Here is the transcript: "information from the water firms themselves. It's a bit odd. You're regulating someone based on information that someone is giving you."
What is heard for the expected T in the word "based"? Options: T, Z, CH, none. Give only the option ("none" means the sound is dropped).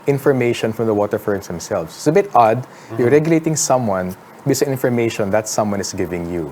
none